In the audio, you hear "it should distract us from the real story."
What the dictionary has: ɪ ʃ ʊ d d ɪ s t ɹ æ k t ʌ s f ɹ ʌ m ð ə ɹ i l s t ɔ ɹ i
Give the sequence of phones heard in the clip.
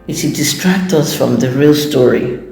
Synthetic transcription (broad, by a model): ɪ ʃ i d d ɪ s t ɹ æ k t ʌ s f ɹ ʌ m ð ə ɹ i l s t ɔ ɹ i